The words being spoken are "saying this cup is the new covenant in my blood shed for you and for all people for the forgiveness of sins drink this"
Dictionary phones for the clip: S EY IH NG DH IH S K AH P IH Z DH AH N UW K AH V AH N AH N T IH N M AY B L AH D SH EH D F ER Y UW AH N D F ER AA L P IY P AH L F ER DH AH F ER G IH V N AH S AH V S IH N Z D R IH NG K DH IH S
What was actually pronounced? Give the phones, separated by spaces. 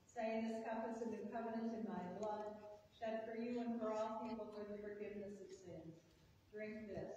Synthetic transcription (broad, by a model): S EY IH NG DH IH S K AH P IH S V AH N K AH V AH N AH N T IH N M AY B L AH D SH EH D F ER Y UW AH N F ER AA L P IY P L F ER DH AH F ER G IH V N AH S AH V S IH N Z D R IH NG K DH IH S